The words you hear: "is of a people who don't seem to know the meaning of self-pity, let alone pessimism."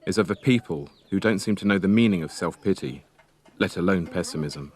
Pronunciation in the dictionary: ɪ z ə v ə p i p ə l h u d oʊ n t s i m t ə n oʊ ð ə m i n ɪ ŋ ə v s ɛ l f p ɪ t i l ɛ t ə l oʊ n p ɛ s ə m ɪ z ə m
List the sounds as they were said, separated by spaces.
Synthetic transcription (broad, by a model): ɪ z ə v ə p i p ə l h u d oʊ n t s i m t ə n oʊ ð ə m i n ɪ ŋ ə v s ɛ l f p ɪ t i l ɛ t ə l oʊ n p ɛ s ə m ɪ z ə m